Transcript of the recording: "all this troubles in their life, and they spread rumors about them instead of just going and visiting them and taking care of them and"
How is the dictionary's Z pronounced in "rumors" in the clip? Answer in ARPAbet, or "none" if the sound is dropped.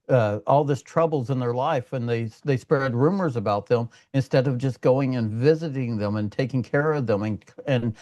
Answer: Z